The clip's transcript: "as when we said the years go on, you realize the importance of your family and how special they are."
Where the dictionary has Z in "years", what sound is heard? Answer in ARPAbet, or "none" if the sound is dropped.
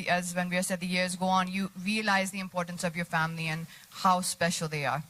Z